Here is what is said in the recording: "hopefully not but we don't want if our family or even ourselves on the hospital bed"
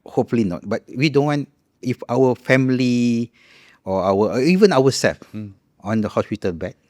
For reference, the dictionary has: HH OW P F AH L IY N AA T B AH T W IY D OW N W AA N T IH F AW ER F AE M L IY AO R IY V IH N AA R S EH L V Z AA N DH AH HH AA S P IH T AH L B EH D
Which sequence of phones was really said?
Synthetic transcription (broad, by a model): HH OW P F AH L IY N AA T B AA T W IY D OW N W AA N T IH F AW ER F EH M L IY AO W IY V IH N AA W S EH L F AA N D AH HH AA S P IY T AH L B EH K